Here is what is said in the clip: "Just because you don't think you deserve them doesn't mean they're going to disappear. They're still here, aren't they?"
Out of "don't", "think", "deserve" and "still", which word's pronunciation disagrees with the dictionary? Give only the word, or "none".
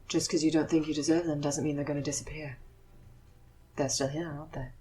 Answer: none